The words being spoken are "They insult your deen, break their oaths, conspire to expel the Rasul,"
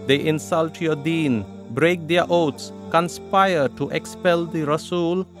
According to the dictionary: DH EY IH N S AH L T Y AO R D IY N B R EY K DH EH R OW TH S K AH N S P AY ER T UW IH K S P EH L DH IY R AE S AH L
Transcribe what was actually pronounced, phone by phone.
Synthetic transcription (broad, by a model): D EY IH N S AH L T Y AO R D IY N B R EY K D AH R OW T S K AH N S P AY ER T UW IH K S P EH L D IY R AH S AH L